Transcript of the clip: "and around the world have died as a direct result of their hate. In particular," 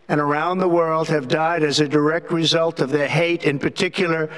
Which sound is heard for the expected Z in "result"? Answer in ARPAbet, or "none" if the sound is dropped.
Z